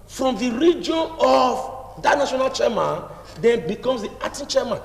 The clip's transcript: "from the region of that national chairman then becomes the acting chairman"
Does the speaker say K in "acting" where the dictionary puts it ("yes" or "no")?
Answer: no